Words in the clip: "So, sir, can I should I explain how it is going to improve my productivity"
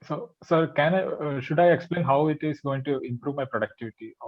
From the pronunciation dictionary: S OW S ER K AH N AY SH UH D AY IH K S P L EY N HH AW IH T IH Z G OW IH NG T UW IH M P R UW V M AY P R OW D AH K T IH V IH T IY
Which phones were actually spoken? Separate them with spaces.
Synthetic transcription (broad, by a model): S OW S ER K AH N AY SH UH D AY IH K S P L EY N HH AW IH T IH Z G OW IH NG T UW IH M P R UW V M AY P R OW D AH K T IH V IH T IY